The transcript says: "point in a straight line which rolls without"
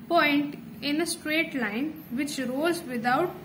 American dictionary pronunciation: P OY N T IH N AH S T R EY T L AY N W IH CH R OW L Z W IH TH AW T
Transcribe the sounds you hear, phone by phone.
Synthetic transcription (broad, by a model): P OY N T IH N AH S T R EY T L AY N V IH CH R OW Z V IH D AW T